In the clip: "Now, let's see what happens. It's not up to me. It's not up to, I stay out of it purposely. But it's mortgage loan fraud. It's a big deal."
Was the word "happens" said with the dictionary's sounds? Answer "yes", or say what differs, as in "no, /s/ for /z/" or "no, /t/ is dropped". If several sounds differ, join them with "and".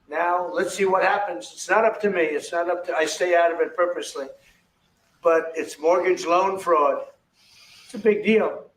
yes